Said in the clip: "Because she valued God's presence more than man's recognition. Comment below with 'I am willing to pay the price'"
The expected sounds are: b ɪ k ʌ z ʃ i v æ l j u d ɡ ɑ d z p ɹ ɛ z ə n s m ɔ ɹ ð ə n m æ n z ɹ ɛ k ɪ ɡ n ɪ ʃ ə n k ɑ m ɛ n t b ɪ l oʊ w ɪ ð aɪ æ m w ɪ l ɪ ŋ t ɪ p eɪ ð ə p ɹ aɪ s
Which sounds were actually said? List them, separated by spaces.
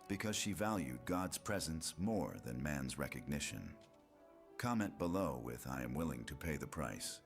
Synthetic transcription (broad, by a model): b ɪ k ʌ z ʃ i v æ l j u d ɡ ɑ d z p ɹ ɛ z ə n s m ɔ ɹ ð ə n m æ n z ɹ ɛ k ɪ ɡ n ɪ ʃ ə n k ɑ m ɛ n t b ɪ l oʊ w ɪ ð aɪ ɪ m w ɪ l ɪ ŋ t ɪ p eɪ ð ə p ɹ aɪ s